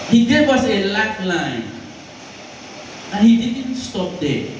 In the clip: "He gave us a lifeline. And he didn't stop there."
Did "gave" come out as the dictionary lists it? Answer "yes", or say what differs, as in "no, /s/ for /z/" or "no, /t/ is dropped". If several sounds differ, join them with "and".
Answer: no, /w/ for /v/